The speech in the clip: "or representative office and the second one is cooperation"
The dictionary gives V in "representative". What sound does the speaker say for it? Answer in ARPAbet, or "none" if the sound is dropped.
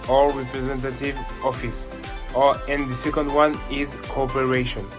V